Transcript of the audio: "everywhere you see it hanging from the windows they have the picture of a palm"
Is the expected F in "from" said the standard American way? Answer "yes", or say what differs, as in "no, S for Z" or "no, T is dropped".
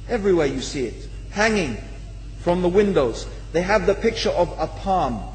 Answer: yes